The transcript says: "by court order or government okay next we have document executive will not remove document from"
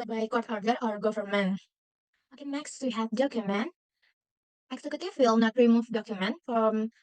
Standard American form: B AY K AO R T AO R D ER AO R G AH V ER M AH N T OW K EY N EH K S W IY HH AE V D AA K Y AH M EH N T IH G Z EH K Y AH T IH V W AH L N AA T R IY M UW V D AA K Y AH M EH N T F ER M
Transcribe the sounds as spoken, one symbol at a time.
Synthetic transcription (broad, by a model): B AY K AO R T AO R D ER AO R G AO F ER M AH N OW K EY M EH K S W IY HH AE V D AA K Y AH M EH N T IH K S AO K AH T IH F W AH L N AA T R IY M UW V D AA K Y AH M EH N T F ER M